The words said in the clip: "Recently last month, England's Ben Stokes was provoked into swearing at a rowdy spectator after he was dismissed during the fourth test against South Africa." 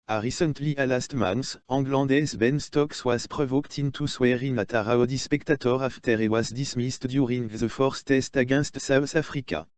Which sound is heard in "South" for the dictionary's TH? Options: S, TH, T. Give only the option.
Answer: S